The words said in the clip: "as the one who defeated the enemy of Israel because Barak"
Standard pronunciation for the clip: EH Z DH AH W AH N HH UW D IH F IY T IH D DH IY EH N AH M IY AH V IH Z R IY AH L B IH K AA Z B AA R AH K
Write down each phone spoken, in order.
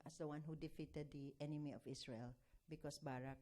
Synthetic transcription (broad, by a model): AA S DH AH W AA N HH UW D IH F IY T IH D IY EH N AH M IY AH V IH S R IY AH L B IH K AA S B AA R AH K